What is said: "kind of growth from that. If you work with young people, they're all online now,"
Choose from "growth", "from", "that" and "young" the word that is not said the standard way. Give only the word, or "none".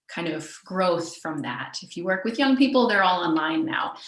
none